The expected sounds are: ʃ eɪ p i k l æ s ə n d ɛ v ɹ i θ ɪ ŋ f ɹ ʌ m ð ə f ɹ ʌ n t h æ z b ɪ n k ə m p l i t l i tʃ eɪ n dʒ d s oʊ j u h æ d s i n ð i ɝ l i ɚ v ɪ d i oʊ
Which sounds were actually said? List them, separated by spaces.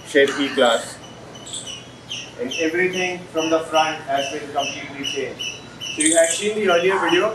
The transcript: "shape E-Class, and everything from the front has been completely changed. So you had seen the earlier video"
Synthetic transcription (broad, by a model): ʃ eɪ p i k l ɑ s ə n d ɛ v ɹ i t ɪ ŋ f ɹ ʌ m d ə f ɹ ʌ n t h æ z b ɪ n k ə m p l i t l i s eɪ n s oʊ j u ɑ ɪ s i n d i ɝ l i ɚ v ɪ d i oʊ